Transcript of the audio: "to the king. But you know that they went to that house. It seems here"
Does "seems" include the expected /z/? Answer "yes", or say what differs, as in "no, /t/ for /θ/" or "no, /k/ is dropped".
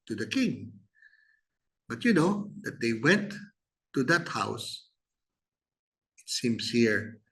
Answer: no, /s/ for /z/